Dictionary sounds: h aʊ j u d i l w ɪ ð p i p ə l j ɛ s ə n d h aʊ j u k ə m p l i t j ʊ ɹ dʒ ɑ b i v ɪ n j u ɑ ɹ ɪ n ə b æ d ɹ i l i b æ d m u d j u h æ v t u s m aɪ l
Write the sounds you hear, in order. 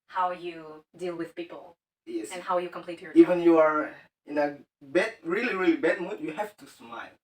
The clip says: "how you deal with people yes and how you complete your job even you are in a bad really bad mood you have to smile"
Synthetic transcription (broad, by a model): h aʊ j u d i l w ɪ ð p i p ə l j ɛ s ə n h aʊ j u k ə m p l i t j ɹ i v ɪ n j u ɑ ɹ ɪ n ə b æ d ɹ i l i b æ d m u d j u h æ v t u s m aɪ l